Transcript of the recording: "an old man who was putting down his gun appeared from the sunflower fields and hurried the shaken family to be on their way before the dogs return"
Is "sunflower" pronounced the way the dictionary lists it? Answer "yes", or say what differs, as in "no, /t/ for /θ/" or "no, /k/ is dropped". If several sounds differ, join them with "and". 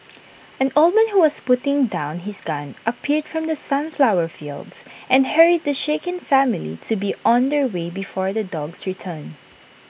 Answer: yes